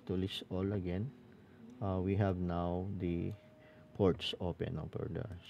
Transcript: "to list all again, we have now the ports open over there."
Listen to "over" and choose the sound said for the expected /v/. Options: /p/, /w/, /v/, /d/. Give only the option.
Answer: /p/